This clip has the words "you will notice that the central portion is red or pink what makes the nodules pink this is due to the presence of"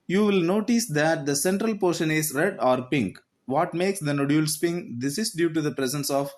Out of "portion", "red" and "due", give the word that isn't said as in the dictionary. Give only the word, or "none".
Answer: none